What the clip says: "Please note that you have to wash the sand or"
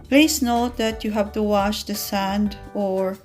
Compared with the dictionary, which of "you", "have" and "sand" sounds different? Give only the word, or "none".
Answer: none